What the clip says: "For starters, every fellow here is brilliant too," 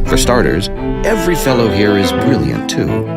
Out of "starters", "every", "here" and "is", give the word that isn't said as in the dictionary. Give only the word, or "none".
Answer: none